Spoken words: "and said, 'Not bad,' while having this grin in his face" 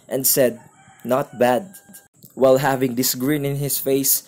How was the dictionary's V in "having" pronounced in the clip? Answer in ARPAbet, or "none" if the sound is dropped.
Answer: V